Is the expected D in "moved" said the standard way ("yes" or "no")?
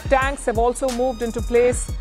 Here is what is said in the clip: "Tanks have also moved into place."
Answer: yes